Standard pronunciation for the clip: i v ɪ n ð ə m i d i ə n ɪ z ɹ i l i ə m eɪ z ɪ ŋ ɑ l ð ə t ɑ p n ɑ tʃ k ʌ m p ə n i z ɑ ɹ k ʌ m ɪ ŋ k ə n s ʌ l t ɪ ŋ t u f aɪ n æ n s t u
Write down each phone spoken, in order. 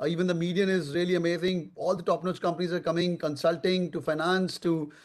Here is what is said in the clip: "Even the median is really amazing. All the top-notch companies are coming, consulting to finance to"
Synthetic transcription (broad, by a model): i v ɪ n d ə m i d i ə n ɪ z ɹ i l i ə m eɪ z ɪ ŋ ɑ l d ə t ɑ p n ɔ s k ʌ m p ə n i z ɑ ɹ k ʌ m ɪ ŋ k ə n s ʌ l t ɪ ŋ t u f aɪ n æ n s t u